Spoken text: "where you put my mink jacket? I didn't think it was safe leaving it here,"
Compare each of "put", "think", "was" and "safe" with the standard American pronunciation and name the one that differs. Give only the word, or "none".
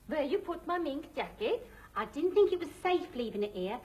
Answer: none